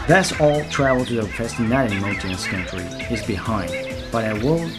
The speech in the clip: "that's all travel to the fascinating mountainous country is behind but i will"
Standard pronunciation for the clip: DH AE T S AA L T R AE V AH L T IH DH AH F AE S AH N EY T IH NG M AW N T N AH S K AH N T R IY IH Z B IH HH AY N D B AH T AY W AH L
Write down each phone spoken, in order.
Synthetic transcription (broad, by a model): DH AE T S AA L T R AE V L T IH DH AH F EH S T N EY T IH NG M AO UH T AH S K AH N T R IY IH Z B IH HH AY N D B AH T AY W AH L